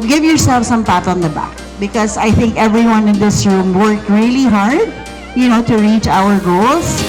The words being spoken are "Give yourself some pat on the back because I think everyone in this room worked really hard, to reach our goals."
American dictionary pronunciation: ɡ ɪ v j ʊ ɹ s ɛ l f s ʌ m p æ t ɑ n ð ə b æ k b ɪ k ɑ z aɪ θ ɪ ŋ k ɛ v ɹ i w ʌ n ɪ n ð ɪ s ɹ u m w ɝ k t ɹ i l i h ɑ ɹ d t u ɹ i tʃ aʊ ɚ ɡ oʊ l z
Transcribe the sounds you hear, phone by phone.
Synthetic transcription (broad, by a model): ɡ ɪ v j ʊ ɹ s ɛ l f s ʌ m p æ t ɑ n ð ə b æ k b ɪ k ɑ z aɪ θ ɪ ŋ k ɛ v ɹ i w ʌ n ɪ n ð ɪ s ɹ u m w ɝ k t ɹ i l i h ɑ ɹ d t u ɹ i tʃ aʊ ɚ ɡ oʊ l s